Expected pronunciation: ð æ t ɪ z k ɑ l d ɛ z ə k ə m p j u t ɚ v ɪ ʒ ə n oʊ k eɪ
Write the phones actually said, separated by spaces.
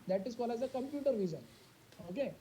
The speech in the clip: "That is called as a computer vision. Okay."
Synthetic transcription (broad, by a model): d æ t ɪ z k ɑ l ɑ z ə k ə m p j u t ɚ v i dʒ ə n oʊ k eɪ